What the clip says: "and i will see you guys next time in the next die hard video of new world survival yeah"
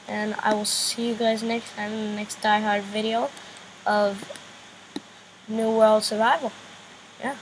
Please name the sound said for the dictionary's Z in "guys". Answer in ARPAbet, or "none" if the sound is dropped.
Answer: Z